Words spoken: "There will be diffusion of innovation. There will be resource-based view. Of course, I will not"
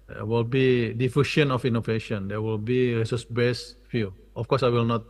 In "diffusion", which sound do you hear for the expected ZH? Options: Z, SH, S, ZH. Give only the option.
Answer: SH